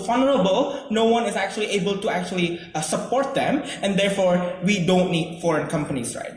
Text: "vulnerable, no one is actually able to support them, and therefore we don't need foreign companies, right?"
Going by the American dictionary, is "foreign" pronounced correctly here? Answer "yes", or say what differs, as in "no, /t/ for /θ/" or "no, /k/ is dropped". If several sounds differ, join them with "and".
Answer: yes